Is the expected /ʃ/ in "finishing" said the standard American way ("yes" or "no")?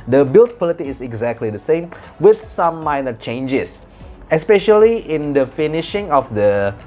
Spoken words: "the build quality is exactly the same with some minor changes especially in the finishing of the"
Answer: yes